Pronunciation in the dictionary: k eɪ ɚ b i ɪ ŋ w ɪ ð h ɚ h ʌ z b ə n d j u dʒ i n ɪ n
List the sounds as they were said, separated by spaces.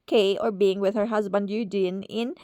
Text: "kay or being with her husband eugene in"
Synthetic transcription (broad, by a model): k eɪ ɚ b i ɪ ŋ w ɪ ð h ɚ h ʌ z b ə n d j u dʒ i n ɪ n